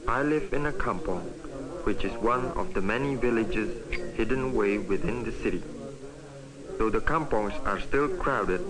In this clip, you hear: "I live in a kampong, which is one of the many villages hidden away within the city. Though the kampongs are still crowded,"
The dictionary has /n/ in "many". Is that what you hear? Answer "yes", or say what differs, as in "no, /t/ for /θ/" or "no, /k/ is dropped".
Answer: yes